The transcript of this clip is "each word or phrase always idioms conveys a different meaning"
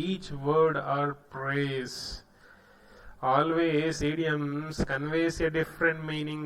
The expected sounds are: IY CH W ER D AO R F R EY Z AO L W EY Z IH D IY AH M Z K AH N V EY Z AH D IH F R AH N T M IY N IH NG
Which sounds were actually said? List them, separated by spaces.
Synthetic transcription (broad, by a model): IY CH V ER D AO R P R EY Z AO L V EY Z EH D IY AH M S K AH N V EY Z AH D IH F R AH N T M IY N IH NG